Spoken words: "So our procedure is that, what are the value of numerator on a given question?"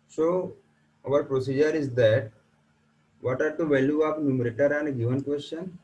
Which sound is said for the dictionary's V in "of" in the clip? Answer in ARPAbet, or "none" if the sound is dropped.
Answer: P